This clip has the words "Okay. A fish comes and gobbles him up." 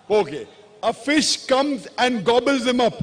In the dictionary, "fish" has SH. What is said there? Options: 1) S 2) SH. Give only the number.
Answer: 2